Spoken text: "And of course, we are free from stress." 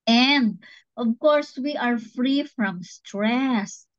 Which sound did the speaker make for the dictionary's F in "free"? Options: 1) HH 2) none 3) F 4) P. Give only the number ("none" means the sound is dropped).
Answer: 3